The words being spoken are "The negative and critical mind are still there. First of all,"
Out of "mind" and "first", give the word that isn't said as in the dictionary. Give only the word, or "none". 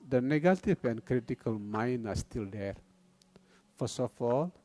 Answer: first